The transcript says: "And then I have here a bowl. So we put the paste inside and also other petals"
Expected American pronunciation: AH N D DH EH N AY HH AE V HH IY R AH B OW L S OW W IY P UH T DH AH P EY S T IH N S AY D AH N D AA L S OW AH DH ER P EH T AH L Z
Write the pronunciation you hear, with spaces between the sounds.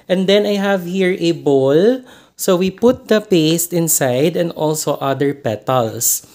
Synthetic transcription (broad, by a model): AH N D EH N AY HH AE V HH IY R AH B OW L S OW W IY P UH T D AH P EY S T IH N S AY D AH N D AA L S OW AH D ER P EH T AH L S